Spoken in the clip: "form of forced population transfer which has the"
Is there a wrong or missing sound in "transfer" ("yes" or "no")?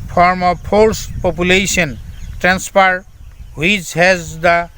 yes